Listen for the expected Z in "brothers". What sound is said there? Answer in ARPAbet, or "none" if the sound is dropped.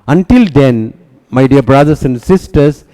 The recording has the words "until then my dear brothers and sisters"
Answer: S